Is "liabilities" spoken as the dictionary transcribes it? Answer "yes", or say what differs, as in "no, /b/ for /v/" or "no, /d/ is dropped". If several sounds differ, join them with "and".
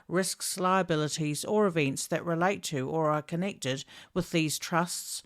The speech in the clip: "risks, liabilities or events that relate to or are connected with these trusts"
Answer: yes